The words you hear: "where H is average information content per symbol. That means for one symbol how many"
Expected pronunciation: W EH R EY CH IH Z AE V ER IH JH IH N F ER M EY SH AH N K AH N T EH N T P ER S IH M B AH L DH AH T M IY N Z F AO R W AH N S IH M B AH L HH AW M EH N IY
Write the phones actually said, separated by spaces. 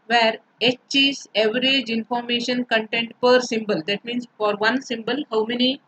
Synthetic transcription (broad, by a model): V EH R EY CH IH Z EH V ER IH JH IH N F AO M EY SH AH N K AH N T EH N T P ER S IH M B AH L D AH T M IY N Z F AO R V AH N S IH M B AH L HH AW M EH N IY